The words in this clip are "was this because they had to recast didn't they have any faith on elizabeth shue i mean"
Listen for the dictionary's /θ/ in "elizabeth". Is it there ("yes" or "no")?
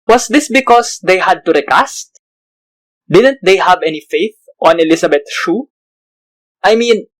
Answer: no